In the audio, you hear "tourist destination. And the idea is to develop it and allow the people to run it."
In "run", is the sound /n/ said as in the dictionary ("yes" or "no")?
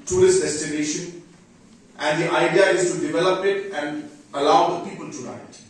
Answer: no